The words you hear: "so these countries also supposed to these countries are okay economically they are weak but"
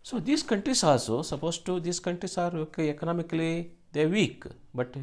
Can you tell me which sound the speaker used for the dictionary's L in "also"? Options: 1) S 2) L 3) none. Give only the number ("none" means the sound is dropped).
3